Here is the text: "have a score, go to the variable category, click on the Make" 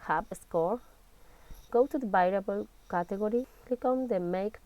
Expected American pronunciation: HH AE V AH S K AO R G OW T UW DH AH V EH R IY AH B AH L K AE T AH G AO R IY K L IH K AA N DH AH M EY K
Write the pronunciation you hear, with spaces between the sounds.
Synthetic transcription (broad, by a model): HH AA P AH S K AO R G OW T UW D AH B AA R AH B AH L K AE T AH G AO R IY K IH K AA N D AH M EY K